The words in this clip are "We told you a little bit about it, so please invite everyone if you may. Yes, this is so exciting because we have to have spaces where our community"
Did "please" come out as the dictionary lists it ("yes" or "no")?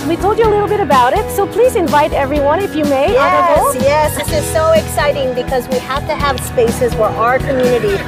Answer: yes